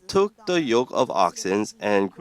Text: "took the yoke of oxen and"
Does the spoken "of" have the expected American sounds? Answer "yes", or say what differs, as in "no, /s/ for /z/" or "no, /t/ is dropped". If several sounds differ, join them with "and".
yes